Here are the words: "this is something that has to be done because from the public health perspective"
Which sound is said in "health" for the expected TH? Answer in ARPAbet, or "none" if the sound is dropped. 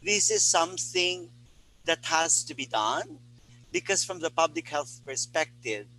TH